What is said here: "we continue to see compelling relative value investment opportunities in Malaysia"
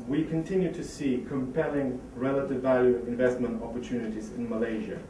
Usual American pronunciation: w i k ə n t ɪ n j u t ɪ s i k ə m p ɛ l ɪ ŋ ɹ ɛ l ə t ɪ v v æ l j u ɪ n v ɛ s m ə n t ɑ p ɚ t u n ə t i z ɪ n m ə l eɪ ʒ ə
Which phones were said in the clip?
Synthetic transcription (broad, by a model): w i k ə n t ɪ n j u t ɪ s i k ə m p ɛ l ɪ ŋ ɹ ɛ l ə t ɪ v v æ l j u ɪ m v ɛ s m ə n t ɑ p ɚ t u n ə t i z ɪ n m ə l eɪ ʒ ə